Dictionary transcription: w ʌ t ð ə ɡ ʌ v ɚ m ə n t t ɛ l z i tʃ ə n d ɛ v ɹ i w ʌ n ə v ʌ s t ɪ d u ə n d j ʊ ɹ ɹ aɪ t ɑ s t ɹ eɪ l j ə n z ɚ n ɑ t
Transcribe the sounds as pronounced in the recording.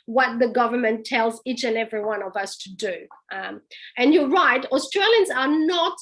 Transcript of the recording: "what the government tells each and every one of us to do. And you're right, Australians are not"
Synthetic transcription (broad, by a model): w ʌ t ð ə ɡ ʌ v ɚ m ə n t t ɛ l z i tʃ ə n ɛ v ɹ i w ʌ n ə v ʌ s t ɪ d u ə n j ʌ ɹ ɹ aɪ t ɑ s t ɹ eɪ l j ə n z ɚ n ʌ t